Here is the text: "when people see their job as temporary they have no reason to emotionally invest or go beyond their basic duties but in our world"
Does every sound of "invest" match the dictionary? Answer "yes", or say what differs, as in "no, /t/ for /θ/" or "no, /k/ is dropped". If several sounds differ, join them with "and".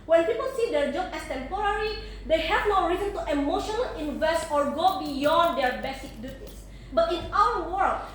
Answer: yes